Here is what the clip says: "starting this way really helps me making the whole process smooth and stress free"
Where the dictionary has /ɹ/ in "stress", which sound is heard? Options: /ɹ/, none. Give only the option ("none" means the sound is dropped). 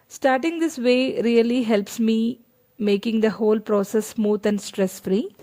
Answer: /ɹ/